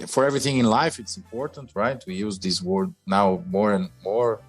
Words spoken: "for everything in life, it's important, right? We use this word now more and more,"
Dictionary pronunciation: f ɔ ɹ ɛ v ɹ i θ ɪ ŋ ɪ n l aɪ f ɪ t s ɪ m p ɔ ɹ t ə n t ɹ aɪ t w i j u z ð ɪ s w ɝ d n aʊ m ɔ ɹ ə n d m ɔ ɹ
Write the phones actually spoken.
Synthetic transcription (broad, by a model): f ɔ ɹ ɛ v ɹ i θ ɪ ŋ ɪ n l aɪ f ɪ t s ɪ m p ɔ ɹ t ə n t ɹ aɪ t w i j u z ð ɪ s w ɝ d n aʊ m ɔ ɹ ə n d m ɔ ɹ